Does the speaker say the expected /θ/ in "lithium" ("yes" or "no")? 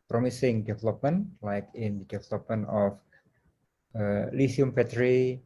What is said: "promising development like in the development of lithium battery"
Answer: no